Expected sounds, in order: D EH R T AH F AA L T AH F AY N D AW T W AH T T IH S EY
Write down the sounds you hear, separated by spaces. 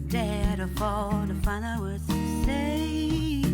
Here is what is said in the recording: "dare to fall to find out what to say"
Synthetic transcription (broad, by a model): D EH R T AH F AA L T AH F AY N AW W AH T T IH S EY